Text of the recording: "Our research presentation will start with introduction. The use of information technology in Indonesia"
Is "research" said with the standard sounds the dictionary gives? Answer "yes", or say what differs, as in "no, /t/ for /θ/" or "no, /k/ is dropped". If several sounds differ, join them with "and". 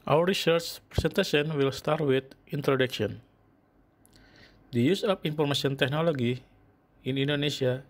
yes